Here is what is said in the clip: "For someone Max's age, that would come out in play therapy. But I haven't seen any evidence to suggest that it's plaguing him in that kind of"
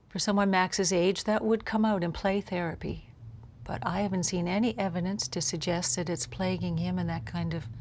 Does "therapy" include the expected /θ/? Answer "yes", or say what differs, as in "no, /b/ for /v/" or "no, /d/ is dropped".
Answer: yes